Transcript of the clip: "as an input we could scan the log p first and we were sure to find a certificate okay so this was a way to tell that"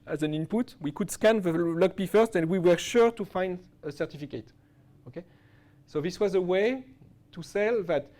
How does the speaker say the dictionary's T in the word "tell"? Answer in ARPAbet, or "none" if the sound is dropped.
S